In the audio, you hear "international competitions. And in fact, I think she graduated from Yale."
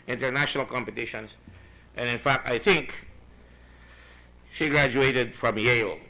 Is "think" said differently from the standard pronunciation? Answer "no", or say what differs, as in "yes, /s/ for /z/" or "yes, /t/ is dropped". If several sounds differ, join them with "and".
no